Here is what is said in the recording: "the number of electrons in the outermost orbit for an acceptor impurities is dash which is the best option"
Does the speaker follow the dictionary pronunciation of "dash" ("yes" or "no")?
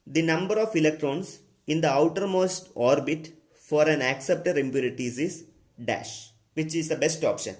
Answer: yes